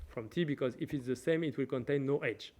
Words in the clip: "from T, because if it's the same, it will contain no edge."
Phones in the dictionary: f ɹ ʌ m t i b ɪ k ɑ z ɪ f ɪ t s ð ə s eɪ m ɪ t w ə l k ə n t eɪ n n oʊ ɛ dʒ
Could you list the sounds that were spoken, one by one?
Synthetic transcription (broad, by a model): f ɹ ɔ m t i b ɪ k ɑ z ɪ f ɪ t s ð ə s eɪ m ɪ t w ə l k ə n t eɪ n n oʊ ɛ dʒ